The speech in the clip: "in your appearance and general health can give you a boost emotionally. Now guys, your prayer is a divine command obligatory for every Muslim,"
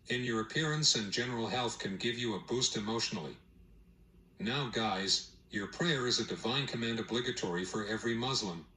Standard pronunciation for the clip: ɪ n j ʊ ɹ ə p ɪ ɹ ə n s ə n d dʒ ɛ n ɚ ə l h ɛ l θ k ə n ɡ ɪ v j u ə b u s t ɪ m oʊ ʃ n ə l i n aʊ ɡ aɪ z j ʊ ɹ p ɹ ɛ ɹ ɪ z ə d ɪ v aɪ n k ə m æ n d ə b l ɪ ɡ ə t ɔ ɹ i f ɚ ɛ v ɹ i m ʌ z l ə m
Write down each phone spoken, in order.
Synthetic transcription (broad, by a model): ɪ n j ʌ ɹ ə p ɪ ɹ ə n s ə n dʒ ɛ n ɚ l h ɛ l θ k ə n ɡ ɪ v j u ə b u s t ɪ m oʊ ʃ n l i n aʊ ɡ aɪ z j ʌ ɹ p ɹ ɛ ɹ ɪ z ə d ɪ v aɪ n k ə m æ n d ə b l ɪ ɡ ə t ɔ ɹ i f ɚ ɛ v ɹ i m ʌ z l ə m